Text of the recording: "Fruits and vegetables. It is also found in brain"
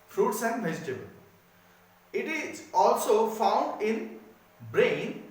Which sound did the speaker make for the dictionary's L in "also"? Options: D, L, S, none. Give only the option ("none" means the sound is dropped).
L